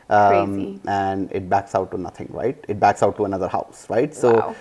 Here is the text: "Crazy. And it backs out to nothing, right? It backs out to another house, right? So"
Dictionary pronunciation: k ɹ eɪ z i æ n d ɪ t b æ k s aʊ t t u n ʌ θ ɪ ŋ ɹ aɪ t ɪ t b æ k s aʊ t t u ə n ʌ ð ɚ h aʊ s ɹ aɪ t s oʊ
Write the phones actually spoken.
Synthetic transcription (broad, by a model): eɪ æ n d ɪ t b æ k s aʊ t t u n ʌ t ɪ ŋ ɹ aɪ t ɪ t b æ k s aʊ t t u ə n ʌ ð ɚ h aʊ s ɹ aɪ t s oʊ